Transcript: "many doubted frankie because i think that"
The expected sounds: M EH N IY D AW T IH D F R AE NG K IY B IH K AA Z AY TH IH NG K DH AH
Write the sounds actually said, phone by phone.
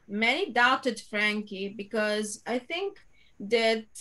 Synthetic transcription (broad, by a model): M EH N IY D AW T IH D F R AE NG K IY B IH K AA Z AY T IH NG K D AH